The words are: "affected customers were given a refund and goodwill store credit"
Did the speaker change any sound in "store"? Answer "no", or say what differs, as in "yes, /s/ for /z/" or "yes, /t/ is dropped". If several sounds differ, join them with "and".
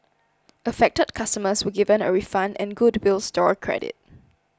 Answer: no